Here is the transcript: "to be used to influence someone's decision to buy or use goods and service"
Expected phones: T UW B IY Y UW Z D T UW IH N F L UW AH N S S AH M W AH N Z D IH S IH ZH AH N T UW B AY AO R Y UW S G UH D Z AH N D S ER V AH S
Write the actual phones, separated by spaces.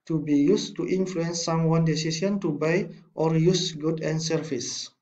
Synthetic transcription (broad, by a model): T UW B IY Y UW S T UW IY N F L UW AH N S S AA M W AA N D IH S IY S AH N T UW B AY AO R Y UW S G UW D AH N S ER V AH S